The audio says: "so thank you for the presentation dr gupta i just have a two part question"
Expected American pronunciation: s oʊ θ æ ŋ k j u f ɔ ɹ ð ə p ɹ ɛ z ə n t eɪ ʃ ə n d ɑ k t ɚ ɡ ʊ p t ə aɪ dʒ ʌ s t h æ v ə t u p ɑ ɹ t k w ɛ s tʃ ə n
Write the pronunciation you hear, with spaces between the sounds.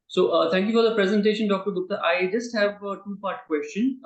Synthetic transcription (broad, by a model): s oʊ t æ ŋ k j u f ɔ ɹ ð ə p ɹ ɛ z ə n t eɪ ʃ ə n d ɑ k t ɚ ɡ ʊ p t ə aɪ dʒ ʌ s t h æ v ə t u p ɑ ɹ t k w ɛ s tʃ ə n